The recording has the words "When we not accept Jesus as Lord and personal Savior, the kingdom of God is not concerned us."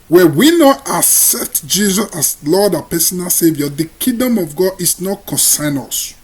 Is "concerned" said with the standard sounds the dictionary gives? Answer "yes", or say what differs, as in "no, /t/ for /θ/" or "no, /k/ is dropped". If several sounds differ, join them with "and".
no, /d/ is dropped